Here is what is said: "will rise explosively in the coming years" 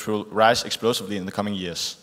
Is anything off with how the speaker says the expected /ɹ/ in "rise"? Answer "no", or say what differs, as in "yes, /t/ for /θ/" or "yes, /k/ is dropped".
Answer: no